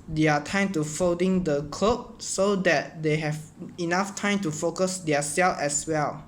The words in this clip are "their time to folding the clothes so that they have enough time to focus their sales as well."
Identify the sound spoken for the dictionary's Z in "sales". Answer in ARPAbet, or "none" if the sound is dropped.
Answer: none